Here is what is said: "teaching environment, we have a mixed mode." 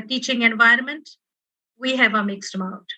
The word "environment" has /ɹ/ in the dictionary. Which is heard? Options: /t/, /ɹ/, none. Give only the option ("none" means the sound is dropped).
/ɹ/